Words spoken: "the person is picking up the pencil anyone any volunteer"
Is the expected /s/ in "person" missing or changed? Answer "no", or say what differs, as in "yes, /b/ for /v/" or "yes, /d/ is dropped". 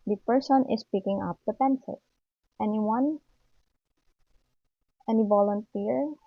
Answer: no